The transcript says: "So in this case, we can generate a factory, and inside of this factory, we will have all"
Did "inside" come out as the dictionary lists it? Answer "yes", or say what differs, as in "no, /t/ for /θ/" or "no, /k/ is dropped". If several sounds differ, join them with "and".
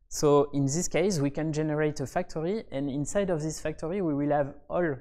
yes